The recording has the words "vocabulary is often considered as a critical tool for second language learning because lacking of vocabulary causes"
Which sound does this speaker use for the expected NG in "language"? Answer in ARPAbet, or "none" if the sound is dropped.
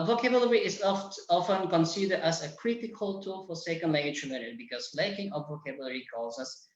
none